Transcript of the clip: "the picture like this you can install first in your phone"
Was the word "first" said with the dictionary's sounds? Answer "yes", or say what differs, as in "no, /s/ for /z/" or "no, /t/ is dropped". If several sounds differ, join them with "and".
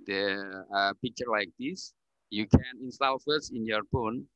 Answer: no, /t/ is dropped